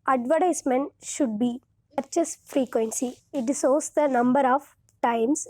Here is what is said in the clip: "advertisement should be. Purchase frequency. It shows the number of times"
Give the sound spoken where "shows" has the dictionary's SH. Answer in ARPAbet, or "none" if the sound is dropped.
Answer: S